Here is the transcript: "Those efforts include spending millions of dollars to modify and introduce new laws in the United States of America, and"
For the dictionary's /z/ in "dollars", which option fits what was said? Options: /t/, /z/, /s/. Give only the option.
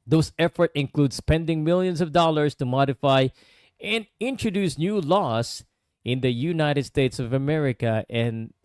/s/